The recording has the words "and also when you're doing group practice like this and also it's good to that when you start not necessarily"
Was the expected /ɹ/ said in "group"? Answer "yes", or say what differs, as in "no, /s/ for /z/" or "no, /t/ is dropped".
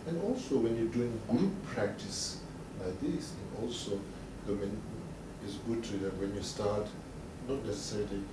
no, /ɹ/ is dropped